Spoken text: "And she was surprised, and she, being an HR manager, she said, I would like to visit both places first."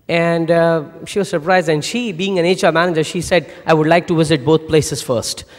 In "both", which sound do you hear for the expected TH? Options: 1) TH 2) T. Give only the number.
2